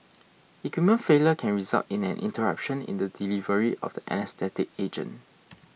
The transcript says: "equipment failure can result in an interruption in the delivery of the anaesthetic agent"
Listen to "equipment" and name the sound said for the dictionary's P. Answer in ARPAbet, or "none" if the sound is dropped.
none